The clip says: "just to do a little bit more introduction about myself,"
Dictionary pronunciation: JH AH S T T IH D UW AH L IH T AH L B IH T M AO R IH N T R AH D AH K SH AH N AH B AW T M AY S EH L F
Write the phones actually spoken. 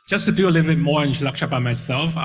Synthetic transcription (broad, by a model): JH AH S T T IH D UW AH L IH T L B IH T M AO R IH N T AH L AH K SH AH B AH IH M AY S EH L F